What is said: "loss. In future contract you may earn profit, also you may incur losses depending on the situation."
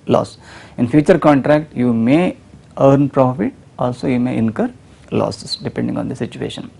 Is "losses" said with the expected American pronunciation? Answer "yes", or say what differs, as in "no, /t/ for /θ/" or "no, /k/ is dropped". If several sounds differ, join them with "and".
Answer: no, /s/ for /z/